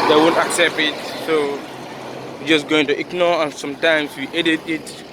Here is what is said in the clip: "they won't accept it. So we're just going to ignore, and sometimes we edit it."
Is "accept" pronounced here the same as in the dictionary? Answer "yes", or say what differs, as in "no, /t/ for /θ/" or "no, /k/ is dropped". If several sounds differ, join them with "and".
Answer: yes